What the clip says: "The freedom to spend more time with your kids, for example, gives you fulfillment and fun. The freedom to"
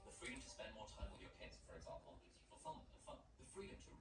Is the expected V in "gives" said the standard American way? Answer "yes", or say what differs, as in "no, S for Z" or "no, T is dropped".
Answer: no, V is dropped